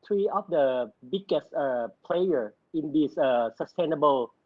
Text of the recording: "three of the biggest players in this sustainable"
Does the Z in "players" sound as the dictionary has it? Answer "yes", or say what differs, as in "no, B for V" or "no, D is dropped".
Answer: no, Z is dropped